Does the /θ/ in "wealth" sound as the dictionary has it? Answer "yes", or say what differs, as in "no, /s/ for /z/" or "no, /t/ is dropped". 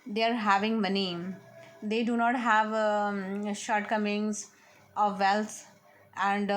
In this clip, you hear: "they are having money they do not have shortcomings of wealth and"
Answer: no, /t/ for /θ/